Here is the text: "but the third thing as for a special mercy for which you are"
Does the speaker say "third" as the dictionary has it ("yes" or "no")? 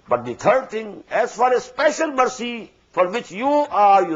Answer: no